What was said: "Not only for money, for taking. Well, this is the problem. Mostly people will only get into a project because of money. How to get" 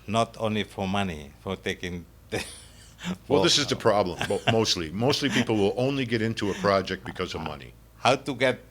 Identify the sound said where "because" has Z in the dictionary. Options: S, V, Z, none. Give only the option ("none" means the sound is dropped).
Z